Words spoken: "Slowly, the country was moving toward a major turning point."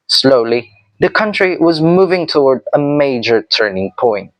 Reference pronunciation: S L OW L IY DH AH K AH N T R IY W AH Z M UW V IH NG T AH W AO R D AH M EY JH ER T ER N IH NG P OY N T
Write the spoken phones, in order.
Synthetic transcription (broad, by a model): S L OW L IY DH AH K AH N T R IY W AH Z M UW V IH NG T AH W AO R D AH M EY JH ER T ER N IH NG P OY N T